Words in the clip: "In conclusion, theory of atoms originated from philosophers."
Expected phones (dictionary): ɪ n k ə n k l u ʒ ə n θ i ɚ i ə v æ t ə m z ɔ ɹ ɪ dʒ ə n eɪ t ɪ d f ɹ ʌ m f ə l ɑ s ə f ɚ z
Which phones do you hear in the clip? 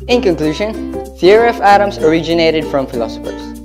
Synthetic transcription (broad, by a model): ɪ n k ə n k l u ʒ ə n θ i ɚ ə f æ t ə m s ɔ ɹ ɪ dʒ ə n eɪ t ɪ d f ɹ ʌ m f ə l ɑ s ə f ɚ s